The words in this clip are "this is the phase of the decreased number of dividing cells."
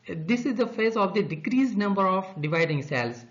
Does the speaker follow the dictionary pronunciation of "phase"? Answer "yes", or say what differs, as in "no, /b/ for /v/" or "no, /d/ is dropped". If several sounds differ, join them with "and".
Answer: yes